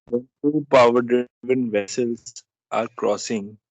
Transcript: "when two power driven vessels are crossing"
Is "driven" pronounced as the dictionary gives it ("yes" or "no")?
no